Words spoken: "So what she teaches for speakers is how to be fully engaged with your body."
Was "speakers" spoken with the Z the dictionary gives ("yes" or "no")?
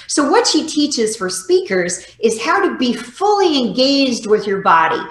yes